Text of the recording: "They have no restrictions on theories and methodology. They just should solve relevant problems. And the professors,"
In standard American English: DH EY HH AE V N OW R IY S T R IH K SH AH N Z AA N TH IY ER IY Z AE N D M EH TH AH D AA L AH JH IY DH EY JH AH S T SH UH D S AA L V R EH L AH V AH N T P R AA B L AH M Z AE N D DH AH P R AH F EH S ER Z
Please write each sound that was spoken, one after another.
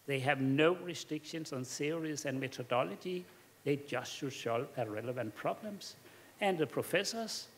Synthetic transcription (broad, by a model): DH EY HH AE V N OW R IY S T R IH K SH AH N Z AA N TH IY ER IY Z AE N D M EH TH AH D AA L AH JH IY DH EY JH AH S T SH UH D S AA L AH R EH L AH V AH N T P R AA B L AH M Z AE N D DH AH P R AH F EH S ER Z